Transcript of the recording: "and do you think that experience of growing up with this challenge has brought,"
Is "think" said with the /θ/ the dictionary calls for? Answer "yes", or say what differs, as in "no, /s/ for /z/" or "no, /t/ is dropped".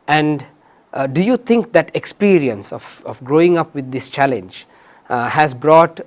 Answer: no, /t/ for /θ/